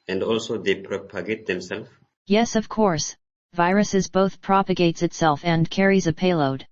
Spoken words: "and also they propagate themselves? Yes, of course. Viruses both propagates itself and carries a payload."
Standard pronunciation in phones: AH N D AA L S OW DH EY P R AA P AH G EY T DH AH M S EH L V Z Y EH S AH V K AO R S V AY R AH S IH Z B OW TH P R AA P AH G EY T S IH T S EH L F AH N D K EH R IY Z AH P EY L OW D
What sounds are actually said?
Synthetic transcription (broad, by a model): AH N D AA L S OW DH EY P R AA P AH G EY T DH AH M S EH L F Y EH S AH V K AO R S V AY R AH S IH Z B OW TH P R AA P AH G EY T S IH T S EH L F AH N K EH R IY Z AH P EY L OW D